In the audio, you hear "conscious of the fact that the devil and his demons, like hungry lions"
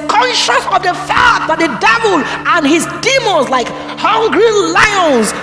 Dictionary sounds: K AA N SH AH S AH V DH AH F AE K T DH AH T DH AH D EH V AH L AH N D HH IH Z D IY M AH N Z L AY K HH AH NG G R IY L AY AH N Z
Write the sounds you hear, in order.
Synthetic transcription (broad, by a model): K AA N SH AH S AH V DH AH F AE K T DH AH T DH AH D EH V AH L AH N HH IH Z D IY M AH Z L AY K HH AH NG G R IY L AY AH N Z